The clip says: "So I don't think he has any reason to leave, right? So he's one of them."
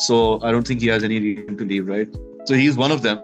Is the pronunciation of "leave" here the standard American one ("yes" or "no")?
yes